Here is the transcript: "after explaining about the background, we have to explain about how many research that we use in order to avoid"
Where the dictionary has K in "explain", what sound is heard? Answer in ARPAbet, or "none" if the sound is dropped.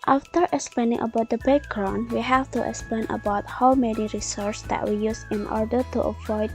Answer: K